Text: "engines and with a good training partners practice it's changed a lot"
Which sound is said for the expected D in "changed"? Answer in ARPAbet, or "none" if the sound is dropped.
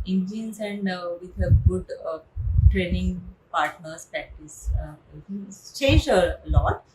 none